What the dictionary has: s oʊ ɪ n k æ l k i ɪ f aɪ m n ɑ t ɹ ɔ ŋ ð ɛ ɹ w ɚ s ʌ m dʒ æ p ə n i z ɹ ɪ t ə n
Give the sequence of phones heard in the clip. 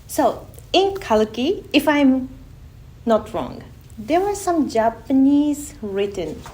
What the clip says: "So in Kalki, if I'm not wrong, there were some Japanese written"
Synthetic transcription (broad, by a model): s oʊ ɪ n k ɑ l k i ɪ f aɪ m n ɑ t ɹ ɔ ŋ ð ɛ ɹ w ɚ s ʌ m dʒ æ p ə n i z ɹ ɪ t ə n